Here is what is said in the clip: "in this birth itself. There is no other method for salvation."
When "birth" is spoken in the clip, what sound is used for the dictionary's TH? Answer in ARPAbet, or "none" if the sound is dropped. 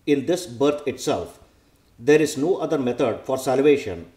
T